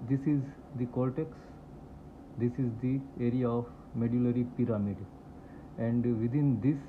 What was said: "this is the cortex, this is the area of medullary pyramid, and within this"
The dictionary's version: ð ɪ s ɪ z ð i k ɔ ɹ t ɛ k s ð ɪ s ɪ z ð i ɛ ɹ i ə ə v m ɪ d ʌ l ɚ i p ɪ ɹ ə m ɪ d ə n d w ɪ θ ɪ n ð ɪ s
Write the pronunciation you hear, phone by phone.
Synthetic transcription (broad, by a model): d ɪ s ɪ z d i k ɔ l t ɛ k s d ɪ s ɪ z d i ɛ ɹ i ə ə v m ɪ d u l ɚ i p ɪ ɹ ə m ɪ d ə n d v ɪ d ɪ n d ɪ s